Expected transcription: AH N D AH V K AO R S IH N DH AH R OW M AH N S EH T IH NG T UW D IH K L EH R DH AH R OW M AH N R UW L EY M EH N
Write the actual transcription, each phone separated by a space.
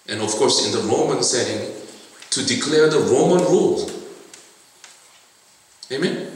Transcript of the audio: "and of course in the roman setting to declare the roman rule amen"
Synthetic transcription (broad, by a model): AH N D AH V K AO R S IH N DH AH R OW M AH N S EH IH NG T UW D IH K L EH R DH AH R OW M AH N R UW L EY M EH N